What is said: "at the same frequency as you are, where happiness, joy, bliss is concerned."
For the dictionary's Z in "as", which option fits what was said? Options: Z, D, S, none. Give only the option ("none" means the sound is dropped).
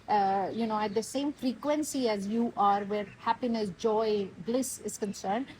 Z